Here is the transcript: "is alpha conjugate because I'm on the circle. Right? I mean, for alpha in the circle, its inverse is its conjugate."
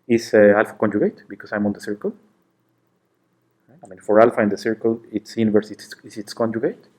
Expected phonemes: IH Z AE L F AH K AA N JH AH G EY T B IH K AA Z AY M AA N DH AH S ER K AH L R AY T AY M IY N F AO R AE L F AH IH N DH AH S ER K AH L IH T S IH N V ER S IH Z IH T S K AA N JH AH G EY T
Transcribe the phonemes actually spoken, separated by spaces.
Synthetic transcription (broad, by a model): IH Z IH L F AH K AA N JH AH G EY T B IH K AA S AY M AA N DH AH S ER K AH L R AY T AY M IY N F AO R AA L F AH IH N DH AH S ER K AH L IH T S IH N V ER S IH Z IH T S K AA N JH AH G EY T